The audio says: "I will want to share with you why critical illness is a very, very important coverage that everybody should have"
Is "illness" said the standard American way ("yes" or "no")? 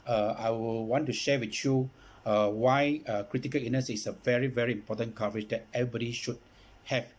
no